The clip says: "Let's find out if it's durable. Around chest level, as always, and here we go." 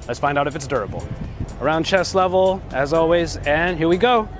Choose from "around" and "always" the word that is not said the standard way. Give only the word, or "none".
none